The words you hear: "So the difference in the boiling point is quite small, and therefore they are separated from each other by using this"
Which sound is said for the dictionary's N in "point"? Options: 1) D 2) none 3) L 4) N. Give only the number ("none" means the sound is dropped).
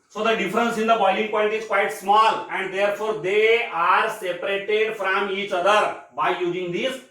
3